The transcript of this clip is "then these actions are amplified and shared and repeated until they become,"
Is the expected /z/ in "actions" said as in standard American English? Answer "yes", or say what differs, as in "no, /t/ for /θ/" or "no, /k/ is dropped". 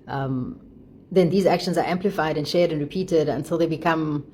yes